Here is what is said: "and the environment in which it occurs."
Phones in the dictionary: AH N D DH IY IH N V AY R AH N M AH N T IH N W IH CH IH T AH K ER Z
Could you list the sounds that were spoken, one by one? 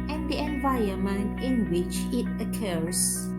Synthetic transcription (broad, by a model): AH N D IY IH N V AY AH M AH N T IH N W IH CH IH T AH K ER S